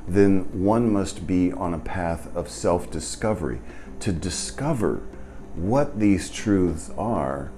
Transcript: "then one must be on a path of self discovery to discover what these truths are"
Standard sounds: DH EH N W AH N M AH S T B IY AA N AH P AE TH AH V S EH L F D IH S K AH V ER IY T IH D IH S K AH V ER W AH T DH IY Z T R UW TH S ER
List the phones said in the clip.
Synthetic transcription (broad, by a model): DH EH N W AH N M AH S T B IY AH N AH P AE TH AH V S EH L F D IH S K AH V ER IY T IH D IH S K AH V ER W AH T DH IY Z T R UW TH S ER